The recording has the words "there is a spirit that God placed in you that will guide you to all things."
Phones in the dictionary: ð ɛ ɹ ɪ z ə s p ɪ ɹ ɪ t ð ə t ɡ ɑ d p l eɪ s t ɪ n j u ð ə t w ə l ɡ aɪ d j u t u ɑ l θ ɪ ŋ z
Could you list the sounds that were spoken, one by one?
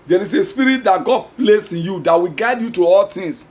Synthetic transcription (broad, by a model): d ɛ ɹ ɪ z ə s p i ɹ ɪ t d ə t ɡ ɑ d p l eɪ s ɪ n j u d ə t w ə ɡ aɪ d j u t u ɑ l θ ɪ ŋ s